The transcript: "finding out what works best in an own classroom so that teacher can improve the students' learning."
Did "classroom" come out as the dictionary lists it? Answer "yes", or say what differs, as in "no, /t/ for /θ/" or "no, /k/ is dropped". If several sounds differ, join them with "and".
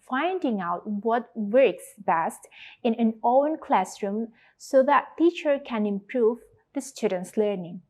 yes